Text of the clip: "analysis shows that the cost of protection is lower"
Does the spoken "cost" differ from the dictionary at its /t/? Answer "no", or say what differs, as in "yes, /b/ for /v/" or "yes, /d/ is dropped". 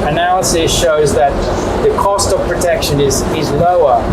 no